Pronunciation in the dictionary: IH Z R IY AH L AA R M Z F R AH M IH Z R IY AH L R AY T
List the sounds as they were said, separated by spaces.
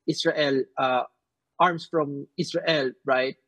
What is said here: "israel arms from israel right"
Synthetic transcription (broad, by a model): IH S R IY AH L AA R M S F R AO M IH S R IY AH L R AY T